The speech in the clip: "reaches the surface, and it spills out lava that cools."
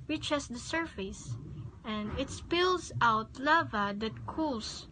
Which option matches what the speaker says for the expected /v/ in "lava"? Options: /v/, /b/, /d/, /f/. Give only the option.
/v/